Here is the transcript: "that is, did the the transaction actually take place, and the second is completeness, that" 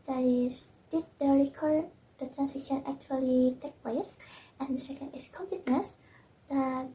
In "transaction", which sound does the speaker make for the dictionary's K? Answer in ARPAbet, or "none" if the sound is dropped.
none